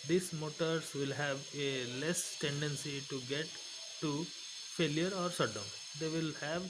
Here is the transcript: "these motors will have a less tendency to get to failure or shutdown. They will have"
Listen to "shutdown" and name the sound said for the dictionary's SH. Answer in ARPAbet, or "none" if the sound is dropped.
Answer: S